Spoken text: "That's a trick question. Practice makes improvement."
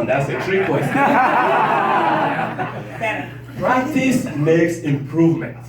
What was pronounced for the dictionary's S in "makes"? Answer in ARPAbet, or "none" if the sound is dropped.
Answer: S